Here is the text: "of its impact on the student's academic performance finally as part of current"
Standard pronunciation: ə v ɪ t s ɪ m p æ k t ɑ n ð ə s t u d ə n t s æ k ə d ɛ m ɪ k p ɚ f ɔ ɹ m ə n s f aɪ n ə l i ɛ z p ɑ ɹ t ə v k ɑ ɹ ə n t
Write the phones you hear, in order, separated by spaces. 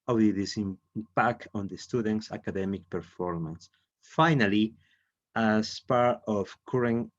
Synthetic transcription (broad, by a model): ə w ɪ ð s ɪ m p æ k t ɑ n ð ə s t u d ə n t s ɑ k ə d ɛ m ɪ k p ɚ f ɔ ɹ m ə n s f aɪ n ə l i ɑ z p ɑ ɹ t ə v k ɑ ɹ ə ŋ